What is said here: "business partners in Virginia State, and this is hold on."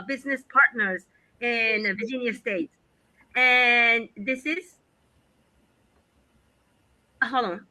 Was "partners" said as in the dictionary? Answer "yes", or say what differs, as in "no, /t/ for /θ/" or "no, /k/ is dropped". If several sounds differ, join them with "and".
yes